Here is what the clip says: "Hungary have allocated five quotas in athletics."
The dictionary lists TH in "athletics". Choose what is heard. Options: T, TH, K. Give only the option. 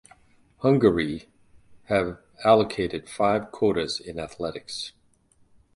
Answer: TH